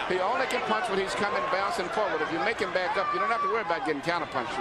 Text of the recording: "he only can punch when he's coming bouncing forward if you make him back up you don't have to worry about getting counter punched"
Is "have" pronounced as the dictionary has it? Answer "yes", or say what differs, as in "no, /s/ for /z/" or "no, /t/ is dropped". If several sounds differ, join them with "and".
no, /f/ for /v/